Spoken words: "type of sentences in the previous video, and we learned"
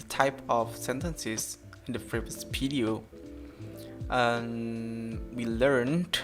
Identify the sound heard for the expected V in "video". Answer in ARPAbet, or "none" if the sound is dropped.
P